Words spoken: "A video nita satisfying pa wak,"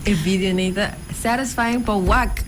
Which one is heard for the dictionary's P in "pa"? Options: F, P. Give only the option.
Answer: F